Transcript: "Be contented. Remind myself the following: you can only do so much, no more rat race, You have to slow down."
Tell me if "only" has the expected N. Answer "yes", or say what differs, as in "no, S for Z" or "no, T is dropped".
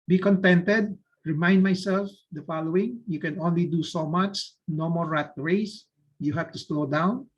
yes